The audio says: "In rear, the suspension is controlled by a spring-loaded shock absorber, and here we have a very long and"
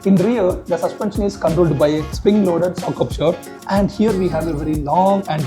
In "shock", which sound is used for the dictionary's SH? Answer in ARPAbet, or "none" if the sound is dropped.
S